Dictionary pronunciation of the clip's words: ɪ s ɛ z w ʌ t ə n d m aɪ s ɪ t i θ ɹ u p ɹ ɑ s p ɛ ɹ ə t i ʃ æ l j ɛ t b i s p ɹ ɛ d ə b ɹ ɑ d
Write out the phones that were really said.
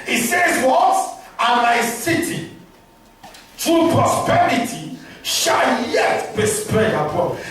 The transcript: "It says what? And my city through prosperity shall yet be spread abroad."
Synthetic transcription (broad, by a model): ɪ s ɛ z w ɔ t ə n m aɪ s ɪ t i t ɹ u p ɹ ɑ s p ɛ ɹ ə t i ʃ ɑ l j ɛ t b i s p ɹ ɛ ə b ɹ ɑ